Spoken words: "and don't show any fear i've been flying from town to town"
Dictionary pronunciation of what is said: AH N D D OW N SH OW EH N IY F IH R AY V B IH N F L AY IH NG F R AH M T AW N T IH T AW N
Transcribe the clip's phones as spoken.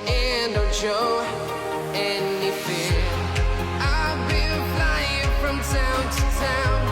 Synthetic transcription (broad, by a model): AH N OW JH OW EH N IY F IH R AY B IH L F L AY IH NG F R AH M T AW N T IH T AW N